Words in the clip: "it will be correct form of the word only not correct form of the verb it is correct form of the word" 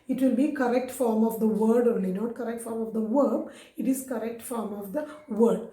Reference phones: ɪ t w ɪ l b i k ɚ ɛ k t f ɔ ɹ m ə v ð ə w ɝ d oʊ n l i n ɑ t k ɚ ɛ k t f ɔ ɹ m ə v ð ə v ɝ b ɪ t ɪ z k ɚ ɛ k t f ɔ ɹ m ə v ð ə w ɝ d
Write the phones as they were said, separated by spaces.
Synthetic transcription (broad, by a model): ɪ t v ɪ l b i k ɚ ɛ k t f ɔ ɹ m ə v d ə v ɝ d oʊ l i n ɑ t k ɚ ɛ k t f ɔ ɹ m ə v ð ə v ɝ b ɪ t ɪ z k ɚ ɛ k t f ɔ ɹ m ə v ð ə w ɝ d